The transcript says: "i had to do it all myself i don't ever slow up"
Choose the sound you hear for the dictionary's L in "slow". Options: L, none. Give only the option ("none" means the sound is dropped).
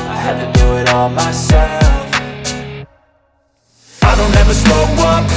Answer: none